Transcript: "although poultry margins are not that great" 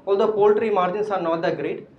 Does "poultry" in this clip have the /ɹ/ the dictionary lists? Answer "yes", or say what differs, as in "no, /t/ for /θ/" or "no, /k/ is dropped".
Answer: yes